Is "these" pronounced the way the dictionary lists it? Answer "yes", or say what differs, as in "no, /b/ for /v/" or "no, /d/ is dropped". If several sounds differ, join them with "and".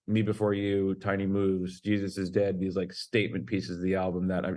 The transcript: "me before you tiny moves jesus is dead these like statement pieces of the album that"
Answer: yes